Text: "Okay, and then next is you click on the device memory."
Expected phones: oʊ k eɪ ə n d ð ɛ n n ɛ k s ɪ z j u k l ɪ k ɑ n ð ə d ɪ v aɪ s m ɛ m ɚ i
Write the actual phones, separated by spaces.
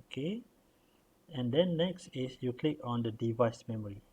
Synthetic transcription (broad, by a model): k eɪ ə n d ɛ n n ɛ k s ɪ s j u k l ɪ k ɑ n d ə d ɪ v aɪ s m ɛ m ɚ i